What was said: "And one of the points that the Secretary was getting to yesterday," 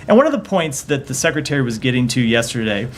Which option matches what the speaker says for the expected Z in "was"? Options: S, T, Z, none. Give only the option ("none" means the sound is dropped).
Z